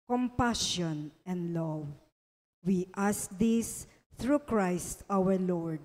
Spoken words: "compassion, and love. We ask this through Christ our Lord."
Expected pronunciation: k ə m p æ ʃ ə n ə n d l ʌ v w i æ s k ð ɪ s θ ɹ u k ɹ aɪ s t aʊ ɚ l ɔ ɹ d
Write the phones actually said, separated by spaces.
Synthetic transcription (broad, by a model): k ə m p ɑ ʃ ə n ə n d l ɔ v w i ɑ s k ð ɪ s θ ɹ u k ɹ aɪ s t aʊ ɚ l ɔ ɹ d